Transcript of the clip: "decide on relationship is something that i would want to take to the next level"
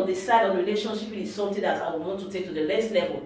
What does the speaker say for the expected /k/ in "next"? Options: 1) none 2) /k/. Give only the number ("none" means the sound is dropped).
1